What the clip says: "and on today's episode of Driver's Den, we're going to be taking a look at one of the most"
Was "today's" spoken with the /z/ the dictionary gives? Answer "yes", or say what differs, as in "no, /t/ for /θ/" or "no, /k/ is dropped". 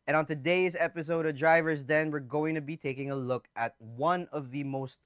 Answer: yes